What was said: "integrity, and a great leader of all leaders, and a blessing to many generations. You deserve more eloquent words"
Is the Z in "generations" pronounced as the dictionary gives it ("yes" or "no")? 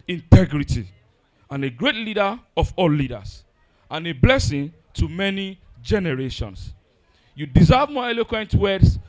no